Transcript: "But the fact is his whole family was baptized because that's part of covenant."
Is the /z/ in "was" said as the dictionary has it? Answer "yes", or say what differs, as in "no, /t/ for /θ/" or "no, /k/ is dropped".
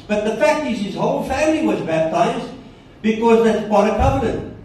yes